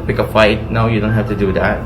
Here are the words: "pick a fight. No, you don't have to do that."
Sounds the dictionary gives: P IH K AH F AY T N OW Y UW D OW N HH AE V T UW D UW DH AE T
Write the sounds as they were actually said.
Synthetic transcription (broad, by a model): P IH K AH F AY T N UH Y UW D OW N HH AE F T UW D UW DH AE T